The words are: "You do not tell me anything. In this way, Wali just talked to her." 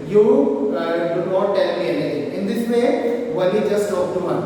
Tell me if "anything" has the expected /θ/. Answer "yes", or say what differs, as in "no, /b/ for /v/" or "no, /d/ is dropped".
no, /t/ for /θ/